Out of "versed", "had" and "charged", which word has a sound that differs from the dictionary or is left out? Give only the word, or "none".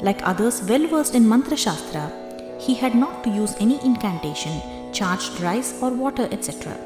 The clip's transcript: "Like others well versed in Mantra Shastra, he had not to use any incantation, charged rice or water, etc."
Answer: none